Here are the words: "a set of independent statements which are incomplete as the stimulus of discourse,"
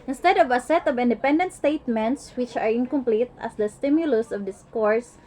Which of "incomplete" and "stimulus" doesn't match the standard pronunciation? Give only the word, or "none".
none